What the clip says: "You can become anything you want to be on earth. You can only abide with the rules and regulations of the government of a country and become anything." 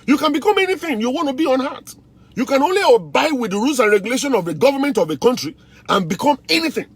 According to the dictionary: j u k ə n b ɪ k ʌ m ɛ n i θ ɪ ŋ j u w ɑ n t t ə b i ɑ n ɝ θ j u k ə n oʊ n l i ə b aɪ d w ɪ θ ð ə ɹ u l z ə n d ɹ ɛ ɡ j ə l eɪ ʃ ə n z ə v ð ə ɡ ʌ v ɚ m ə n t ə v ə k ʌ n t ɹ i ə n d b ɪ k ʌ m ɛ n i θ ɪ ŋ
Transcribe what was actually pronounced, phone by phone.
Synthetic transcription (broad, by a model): j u k ə n b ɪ k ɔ m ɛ n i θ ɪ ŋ j u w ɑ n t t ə b i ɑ n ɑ t j u k ə n oʊ n l i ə b aɪ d w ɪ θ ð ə ɹ u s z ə n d ɹ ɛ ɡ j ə l eɪ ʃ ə n ə v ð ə ɡ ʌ v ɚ m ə n t ə v ə k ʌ n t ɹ i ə n b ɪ k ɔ m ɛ n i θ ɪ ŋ